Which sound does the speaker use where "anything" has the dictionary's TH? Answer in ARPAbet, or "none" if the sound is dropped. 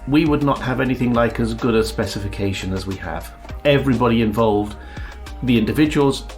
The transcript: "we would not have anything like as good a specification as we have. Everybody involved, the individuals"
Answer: TH